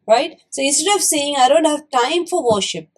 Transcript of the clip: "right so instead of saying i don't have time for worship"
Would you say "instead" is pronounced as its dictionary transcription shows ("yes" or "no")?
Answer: no